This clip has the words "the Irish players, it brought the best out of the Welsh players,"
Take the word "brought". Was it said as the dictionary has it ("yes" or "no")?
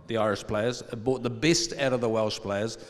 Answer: no